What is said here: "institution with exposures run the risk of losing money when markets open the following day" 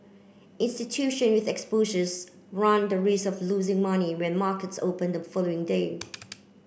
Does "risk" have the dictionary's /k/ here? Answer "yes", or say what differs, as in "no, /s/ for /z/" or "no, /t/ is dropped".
no, /k/ is dropped